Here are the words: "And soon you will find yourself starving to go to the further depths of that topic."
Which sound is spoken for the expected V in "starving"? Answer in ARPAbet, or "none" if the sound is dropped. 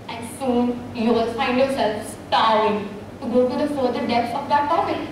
none